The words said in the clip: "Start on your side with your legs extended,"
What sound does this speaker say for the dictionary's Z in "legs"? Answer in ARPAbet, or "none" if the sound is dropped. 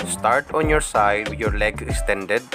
none